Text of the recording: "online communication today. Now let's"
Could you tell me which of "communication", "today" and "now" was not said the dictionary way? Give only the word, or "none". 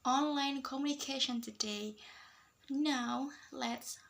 none